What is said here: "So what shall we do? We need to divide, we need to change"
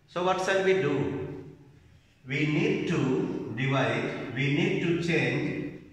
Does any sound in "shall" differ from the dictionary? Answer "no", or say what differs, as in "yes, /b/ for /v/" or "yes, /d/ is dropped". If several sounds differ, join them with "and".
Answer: yes, /s/ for /ʃ/